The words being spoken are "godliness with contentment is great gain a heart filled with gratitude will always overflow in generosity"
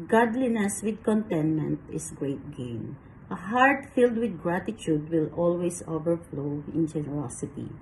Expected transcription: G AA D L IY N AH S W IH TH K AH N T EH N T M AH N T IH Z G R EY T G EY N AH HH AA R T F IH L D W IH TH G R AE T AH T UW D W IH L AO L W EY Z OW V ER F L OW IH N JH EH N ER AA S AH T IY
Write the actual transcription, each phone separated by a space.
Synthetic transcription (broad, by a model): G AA D L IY N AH S W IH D K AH N T EH N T M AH N T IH S G R EY T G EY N AH HH AA R T F IH L D W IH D G R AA T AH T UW D W IH L AO L W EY S OW V ER F L OW IH N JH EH N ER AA S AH T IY